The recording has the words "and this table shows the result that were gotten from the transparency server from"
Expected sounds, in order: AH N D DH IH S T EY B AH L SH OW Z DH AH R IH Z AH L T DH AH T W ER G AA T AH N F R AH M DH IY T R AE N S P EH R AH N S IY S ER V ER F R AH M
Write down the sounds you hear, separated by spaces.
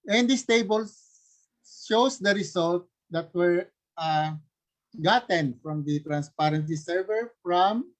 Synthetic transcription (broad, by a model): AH N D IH S T EY B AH L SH OW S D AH R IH S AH L T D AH T W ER G AA T AH N F R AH M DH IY T R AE N S P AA R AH N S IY S ER V ER F R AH M